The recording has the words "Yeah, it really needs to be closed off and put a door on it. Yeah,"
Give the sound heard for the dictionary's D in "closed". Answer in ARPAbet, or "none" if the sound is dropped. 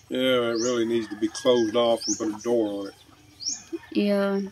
D